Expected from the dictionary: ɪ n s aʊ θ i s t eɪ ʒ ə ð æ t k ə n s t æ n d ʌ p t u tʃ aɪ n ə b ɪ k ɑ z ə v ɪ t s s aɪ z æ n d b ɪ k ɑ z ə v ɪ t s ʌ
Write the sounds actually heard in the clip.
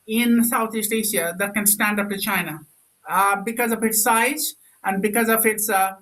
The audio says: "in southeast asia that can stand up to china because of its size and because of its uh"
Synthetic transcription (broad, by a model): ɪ n s aʊ t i s t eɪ ʃ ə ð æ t k ə n s t æ n d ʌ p t u tʃ aɪ n ə b ɪ k ɑ z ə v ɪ t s s aɪ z æ n d b ɪ k ɑ z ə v ɪ t s